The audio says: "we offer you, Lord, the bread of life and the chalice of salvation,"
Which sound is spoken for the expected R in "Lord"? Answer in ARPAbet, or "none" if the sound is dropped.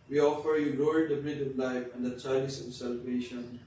L